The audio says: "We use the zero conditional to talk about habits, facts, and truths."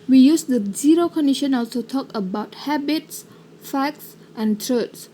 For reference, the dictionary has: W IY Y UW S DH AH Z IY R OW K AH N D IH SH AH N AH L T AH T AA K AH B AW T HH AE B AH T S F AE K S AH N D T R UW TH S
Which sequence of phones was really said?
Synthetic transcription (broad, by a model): W IY Y UW S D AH Z IY R OW K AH N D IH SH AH N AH L S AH T AA K AH B AW T HH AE B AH T S F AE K S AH N T R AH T S